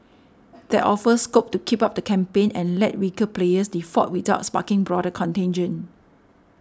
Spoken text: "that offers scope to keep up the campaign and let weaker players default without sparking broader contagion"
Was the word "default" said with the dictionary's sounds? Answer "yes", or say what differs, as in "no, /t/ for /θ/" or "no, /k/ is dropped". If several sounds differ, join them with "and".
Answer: no, /l/ is dropped